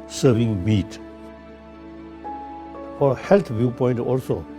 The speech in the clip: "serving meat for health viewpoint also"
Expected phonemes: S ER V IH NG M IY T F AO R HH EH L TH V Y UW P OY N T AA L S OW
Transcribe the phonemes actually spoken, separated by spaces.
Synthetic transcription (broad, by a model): S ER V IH NG M IY T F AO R HH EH L T V Y UW P OY N T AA L S OW